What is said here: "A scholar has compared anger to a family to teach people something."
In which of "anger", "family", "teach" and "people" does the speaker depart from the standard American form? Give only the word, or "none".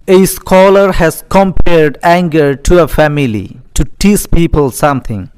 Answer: teach